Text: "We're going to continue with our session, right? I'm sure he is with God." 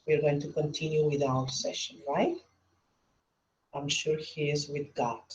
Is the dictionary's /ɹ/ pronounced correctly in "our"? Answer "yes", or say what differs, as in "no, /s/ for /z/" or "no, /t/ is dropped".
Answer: no, /l/ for /ɹ/